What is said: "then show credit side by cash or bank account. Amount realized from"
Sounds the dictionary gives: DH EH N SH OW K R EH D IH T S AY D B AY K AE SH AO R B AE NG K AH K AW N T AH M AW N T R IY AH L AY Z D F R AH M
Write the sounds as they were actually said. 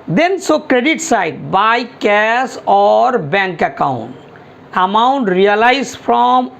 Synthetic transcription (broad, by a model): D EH N S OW K R EH D IH T S AY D B AY K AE S AO R B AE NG K AH K AW N T AH M AW N T R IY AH L AY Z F R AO M